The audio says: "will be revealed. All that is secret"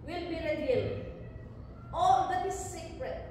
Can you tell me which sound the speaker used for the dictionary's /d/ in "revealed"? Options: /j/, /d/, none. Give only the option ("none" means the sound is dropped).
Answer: none